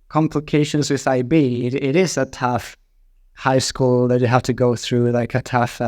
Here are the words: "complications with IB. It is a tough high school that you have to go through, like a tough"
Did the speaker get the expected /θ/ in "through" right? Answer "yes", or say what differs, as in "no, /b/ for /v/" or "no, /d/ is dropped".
yes